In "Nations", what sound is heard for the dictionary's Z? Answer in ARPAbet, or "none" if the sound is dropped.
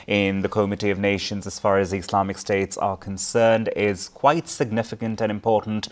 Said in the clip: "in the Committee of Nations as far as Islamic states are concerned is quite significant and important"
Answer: Z